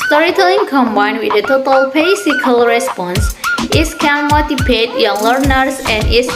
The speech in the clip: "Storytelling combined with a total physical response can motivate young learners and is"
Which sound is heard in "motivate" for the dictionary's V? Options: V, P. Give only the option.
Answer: P